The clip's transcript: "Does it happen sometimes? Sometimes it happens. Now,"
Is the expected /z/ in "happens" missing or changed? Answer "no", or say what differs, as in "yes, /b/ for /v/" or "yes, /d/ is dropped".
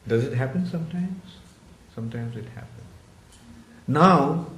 yes, /z/ is dropped